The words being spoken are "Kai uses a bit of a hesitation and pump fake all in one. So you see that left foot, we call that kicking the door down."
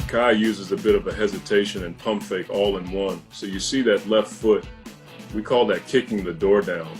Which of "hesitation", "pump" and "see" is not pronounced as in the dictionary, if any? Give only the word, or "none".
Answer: none